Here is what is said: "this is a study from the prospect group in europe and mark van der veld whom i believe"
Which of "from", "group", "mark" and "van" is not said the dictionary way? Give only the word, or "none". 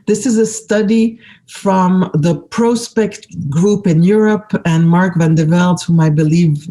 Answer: none